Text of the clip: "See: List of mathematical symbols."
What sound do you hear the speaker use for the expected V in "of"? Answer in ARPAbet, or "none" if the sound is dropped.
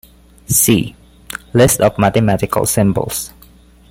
F